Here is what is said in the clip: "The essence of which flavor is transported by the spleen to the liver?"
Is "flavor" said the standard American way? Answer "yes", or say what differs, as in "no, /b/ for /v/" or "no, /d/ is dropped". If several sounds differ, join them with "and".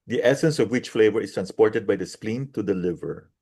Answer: yes